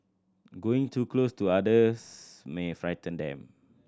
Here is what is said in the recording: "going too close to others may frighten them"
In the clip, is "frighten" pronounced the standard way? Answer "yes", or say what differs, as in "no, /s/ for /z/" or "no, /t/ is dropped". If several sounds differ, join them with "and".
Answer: yes